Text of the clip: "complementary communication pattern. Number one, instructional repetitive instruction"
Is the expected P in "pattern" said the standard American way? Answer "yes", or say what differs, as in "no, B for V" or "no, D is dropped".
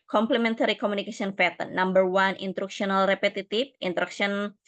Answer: no, F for P